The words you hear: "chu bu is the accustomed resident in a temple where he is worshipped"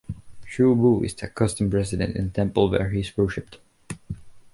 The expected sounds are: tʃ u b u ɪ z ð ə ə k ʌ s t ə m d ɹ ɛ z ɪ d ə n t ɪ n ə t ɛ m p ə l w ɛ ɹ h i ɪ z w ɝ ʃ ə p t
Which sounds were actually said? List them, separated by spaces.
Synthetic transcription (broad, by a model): ʃ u b u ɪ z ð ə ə k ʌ s t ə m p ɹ ɛ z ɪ d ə n t ɪ n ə t ɛ m p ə l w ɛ ɹ h i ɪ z w ɝ ʃ ə p t